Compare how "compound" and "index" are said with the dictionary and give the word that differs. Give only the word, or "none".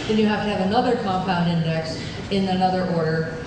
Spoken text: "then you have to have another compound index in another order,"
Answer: none